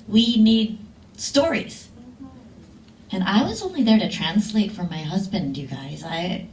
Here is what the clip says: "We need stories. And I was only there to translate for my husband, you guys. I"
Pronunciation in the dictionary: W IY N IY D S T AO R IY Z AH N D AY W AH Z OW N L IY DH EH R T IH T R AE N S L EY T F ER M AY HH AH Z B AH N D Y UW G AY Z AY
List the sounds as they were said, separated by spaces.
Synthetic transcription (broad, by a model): W IY N IY D S T AO R IY Z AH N AY W AH Z OW N L IY DH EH R T IH T R AE N S L EY T F ER M AY HH AH Z B AH N D Y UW G AY Z AY